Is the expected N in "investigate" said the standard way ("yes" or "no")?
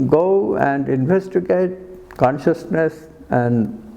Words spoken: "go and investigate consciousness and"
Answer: yes